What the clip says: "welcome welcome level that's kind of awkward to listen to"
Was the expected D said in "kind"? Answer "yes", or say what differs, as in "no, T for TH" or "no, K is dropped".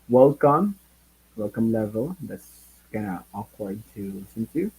no, D is dropped